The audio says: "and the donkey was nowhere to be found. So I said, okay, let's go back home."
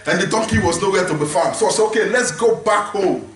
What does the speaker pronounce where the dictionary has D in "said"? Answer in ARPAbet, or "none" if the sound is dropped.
none